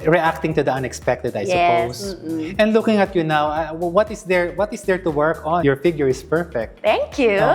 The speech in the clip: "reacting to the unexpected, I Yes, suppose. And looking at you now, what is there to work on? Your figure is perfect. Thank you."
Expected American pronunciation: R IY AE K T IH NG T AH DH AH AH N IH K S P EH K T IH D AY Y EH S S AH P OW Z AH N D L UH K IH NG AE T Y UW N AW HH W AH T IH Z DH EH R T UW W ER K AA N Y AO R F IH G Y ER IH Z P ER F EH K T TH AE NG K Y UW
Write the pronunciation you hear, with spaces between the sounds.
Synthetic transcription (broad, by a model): R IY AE K T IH NG T AH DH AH AH N IH K S P EH K T IH D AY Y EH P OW S AH N D L UH K IH NG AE T Y UW N AW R W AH T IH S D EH R T UW W ER K AA N Y AO R F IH G Y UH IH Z P ER F EH K T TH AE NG K Y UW